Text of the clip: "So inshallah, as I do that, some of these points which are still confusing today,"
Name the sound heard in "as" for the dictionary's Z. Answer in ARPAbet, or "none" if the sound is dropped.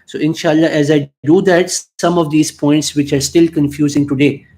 Z